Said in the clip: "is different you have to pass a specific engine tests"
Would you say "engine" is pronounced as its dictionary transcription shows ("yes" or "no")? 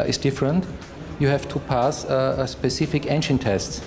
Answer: no